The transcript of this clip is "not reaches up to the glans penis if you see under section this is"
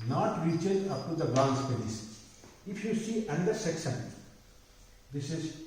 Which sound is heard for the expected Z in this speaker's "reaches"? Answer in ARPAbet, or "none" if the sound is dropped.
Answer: none